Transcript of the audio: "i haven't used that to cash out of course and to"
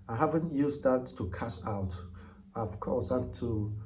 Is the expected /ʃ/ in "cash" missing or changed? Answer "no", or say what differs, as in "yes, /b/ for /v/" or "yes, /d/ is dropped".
yes, /s/ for /ʃ/